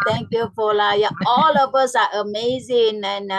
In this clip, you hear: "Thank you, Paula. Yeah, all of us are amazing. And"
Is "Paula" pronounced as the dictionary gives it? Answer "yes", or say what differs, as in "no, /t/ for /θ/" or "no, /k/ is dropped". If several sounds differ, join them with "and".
no, /f/ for /p/